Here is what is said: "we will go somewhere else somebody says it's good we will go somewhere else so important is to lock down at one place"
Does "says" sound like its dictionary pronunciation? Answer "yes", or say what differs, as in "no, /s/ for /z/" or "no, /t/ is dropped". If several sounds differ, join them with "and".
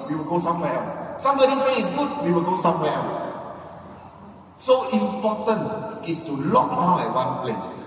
no, /z/ is dropped